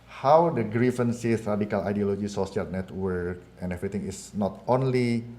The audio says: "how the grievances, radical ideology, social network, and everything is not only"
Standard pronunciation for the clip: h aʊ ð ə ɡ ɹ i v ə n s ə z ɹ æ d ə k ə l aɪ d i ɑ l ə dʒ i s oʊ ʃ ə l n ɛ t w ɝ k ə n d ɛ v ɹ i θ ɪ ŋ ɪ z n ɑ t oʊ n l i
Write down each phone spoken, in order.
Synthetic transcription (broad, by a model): h aʊ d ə ɡ ɹ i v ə n s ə s ɹ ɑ d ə k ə l aɪ d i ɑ l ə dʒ i s oʊ s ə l n ɛ t w ɝ k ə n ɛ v ɹ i t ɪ ŋ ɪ s n ɑ t oʊ n l i